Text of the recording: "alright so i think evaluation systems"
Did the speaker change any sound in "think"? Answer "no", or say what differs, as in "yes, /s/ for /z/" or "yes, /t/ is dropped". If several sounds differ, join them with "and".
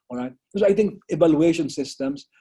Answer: yes, /t/ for /θ/